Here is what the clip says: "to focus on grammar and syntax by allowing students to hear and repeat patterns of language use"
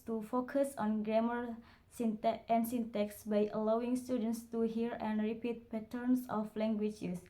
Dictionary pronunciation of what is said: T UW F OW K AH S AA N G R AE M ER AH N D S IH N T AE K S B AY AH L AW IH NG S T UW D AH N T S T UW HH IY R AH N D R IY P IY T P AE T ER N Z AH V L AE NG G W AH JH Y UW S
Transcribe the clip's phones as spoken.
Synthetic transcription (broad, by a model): T UW F OW K AH S AA N G R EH M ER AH N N S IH N T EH K S B AY AH L AW IH NG S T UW D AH N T S T UW HH IY R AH N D R IY P IY T P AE T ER N S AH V L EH NG G W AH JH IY S